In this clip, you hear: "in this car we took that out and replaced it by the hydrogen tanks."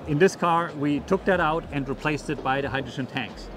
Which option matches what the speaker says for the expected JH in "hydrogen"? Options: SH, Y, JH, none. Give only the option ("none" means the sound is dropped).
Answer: SH